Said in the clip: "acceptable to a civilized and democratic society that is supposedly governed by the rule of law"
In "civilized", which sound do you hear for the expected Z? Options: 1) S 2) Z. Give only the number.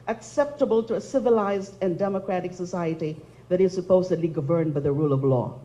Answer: 2